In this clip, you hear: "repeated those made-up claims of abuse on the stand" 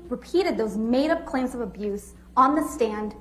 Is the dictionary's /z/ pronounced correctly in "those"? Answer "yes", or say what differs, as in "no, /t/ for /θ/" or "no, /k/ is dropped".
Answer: yes